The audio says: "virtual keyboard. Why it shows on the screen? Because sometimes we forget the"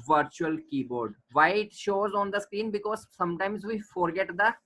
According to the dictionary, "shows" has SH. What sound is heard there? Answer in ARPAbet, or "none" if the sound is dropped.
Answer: SH